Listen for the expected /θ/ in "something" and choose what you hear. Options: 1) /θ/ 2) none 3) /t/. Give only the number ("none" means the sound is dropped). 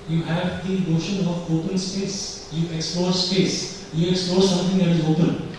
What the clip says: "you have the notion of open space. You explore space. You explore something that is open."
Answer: 3